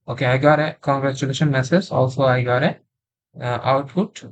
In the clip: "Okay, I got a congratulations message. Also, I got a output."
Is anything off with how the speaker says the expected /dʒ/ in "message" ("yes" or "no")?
yes